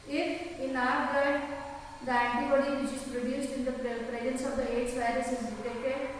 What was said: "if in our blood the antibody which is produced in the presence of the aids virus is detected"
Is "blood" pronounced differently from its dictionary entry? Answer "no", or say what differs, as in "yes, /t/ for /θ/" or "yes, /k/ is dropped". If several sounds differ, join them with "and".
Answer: yes, /l/ is dropped